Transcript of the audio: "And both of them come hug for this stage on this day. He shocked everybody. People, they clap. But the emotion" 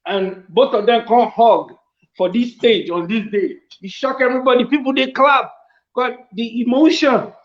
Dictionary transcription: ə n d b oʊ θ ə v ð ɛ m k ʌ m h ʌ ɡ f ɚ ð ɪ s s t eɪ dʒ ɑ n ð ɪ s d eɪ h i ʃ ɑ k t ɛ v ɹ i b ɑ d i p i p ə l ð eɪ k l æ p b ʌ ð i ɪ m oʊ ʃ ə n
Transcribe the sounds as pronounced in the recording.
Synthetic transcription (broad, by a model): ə n b oʊ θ ə v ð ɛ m k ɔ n h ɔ ɡ f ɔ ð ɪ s s t eɪ dʒ ɑ n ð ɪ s d eɪ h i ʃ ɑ k ɛ v ɹ i b ɑ d i p i p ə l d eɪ k l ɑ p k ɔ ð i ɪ m oʊ ʃ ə n